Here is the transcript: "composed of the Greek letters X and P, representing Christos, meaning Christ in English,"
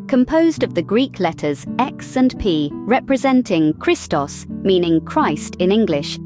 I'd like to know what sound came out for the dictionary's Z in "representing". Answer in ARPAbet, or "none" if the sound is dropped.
Z